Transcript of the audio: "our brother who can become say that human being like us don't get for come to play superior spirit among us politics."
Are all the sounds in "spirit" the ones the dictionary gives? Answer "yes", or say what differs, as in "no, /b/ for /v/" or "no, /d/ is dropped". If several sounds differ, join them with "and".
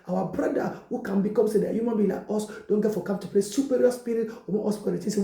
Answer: no, /t/ is dropped